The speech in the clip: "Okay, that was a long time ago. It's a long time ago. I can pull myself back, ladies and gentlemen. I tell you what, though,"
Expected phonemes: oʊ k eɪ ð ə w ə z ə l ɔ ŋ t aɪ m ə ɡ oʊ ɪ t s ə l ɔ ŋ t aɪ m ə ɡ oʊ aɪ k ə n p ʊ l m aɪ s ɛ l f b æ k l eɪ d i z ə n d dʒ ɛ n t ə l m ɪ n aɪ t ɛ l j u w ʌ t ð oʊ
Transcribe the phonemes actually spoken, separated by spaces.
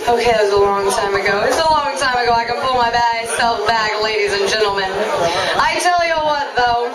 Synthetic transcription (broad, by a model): oʊ k eɪ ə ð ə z ə l ɔ ŋ t aɪ m ə ɡ oʊ ɪ t s ə l ɔ ŋ t aɪ m ə ɡ oʊ aɪ k ə n p ʊ l m aɪ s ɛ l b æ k l eɪ d i z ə n dʒ ɛ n t l m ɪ n aɪ t ɛ l j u w ʌ t ð oʊ